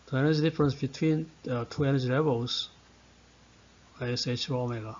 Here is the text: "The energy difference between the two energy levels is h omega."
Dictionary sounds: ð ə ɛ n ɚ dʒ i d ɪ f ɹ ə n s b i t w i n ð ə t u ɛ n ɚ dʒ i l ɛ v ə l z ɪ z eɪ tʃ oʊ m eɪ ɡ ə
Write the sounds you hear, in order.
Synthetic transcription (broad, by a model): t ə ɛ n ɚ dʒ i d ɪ f ɹ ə n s b i t w i n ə t u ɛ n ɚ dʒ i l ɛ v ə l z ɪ s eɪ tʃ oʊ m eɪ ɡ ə